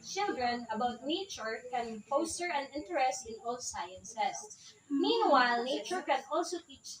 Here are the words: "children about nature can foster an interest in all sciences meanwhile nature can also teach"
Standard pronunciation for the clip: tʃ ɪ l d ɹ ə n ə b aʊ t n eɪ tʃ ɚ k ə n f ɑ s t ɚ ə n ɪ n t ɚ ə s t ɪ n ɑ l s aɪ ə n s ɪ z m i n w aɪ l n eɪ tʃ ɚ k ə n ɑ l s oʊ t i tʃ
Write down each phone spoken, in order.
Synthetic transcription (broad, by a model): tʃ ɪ l d ɹ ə n ə b aʊ t n eɪ tʃ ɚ k ə n p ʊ s t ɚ ə n ɪ n t ɚ ə s t ɪ n ɑ l s aɪ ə n s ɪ s m i n w aɪ l n eɪ tʃ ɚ k ə n ɑ l s oʊ t i tʃ